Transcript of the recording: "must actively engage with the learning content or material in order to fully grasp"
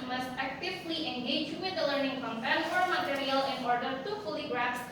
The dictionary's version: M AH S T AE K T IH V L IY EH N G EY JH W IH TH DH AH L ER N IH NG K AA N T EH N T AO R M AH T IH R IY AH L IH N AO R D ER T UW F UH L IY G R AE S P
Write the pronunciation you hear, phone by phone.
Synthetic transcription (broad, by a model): M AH S T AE K T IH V L IY EH N G EY JH W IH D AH L ER N IH NG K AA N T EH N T AO R M AH T IH R IY AH L IH N AO R D ER T UW F UH L IY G R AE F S